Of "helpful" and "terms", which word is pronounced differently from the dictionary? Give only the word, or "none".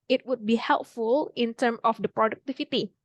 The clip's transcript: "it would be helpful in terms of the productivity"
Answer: terms